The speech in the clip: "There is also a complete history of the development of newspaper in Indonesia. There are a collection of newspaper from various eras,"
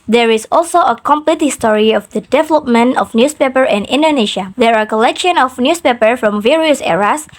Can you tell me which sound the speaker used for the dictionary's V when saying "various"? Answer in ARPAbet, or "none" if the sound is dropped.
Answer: V